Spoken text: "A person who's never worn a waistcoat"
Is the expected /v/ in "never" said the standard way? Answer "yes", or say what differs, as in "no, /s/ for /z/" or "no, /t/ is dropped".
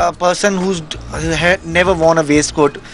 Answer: yes